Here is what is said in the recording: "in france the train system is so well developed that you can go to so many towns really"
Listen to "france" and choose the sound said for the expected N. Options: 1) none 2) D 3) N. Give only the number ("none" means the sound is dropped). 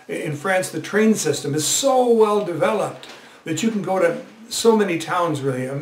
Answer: 3